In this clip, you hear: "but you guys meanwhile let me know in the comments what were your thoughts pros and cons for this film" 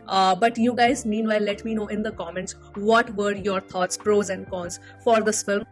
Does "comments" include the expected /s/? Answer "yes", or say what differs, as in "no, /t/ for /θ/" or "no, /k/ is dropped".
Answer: yes